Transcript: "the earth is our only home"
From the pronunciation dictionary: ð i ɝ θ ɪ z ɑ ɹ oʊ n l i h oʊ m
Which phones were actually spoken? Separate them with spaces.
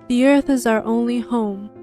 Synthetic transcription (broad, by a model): ð i ɝ θ ɪ z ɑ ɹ oʊ n l i h oʊ m